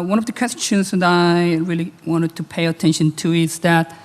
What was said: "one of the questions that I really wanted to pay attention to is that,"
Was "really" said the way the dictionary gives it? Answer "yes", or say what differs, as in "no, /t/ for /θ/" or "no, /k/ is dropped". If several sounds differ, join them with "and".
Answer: yes